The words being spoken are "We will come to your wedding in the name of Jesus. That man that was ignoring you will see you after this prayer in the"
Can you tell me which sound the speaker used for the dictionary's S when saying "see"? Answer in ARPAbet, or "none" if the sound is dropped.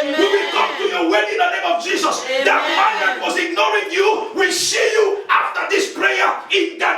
SH